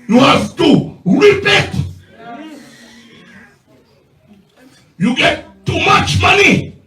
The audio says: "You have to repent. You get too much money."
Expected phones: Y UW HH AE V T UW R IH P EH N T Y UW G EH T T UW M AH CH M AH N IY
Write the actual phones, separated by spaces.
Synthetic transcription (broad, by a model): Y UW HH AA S T UW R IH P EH T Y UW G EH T T UW M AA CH M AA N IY